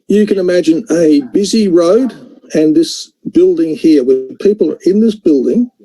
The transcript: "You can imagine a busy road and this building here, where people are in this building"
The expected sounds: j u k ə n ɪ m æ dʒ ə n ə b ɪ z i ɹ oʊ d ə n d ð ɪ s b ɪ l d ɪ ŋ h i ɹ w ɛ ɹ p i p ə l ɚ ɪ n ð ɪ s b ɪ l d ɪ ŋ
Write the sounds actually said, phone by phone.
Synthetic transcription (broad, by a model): j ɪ k ə n ɪ m æ dʒ ə n ə b ɪ z i ɹ oʊ d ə n ð ɪ s b ɪ l d ɪ ŋ h i ɹ w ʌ p i p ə l ɚ ɪ n ð ɪ s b ɪ l d ɪ ŋ